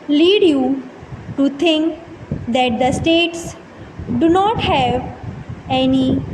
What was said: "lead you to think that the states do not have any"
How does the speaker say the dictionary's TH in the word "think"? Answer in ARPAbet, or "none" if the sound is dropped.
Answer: T